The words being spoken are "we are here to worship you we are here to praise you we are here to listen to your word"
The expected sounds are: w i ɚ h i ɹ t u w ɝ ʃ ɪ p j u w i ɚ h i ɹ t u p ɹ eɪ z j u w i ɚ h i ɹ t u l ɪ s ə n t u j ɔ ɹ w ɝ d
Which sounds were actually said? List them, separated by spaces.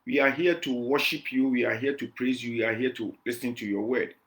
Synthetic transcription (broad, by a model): w i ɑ h i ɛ t u w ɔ ʃ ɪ p j u w i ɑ h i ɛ t u p ɹ eɪ z j u w i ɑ h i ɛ t u l ɪ s ə n t u j ɔ w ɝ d